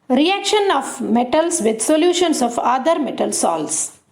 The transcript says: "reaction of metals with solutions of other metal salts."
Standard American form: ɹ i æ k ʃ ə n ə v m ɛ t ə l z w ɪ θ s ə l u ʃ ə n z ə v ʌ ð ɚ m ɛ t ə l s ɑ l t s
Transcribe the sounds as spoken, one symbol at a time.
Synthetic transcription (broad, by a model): ɹ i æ k ʃ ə n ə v m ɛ t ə l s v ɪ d s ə l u ʃ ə n s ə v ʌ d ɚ m ɛ t ə l s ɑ l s